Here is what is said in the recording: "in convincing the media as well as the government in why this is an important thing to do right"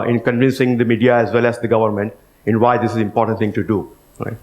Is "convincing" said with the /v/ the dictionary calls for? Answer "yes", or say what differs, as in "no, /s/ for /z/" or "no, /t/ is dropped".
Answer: yes